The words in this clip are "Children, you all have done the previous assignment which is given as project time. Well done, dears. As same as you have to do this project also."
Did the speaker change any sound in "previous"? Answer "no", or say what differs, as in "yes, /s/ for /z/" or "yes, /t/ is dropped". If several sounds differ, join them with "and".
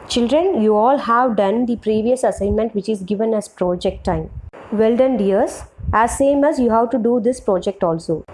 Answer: no